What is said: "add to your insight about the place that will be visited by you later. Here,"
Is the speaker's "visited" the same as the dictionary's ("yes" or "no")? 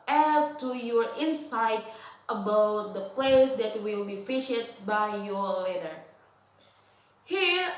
no